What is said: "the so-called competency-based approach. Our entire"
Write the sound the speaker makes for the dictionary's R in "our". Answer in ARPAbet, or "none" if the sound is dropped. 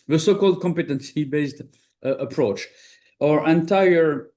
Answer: R